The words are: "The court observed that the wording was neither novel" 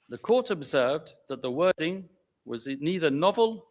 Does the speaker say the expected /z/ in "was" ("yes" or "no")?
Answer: yes